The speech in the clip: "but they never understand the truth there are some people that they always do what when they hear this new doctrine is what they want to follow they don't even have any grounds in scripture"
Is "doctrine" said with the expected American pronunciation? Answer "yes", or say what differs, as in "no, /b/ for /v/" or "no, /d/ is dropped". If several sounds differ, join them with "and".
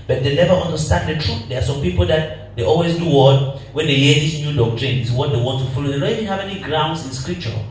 yes